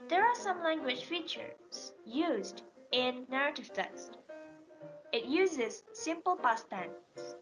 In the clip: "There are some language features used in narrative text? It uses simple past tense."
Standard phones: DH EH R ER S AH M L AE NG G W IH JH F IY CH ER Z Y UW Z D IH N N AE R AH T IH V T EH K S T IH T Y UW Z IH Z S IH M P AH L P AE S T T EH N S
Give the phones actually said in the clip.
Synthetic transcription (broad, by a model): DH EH R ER S AH M L AE NG G W IH JH F IY CH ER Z Y UW Z D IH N N AE R AH T IH V T EH K S T IH T Y UW Z IH Z S IH M P AH L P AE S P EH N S